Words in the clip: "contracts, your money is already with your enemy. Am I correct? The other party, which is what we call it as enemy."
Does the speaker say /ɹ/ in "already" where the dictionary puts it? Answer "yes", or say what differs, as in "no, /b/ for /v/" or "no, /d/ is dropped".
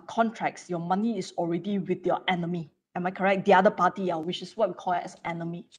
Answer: yes